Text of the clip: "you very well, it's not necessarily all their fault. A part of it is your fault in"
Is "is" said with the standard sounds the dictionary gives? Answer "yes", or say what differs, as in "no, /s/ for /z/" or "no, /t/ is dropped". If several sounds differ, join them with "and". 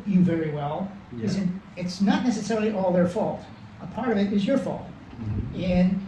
yes